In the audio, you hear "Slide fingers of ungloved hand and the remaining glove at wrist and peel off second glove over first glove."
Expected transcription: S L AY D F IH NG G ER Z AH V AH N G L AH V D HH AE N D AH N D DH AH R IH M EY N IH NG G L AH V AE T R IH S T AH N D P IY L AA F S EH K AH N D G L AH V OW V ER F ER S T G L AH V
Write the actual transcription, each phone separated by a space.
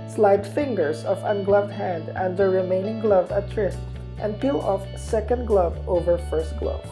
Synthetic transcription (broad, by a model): S L AY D F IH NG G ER S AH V AH N G L AH V D HH AE N D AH N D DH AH R IH M EY N IH NG G L AH V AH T R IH S T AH N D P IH L AA F S EH K AH N D G L AH V OW V ER F ER S T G L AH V